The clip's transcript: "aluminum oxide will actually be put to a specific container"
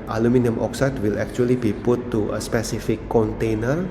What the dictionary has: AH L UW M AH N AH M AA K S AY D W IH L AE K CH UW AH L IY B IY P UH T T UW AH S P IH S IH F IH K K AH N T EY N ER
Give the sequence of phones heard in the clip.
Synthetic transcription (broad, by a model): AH L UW M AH N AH M AA K S AY D W IH L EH K CH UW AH L IY B IY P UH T T UW AH S P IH S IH F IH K K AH N T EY N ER